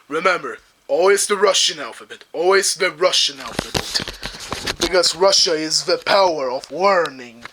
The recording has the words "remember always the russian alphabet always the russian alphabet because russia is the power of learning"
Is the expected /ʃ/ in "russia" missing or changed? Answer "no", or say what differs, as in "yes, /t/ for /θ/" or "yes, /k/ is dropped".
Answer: no